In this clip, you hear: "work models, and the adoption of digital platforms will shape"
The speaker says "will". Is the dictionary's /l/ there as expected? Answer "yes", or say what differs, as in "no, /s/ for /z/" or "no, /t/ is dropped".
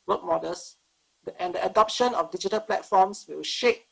no, /w/ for /l/